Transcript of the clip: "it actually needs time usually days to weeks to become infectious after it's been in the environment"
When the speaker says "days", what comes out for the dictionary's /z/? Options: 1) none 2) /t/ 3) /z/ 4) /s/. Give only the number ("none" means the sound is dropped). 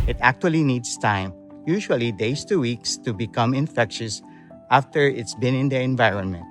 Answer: 4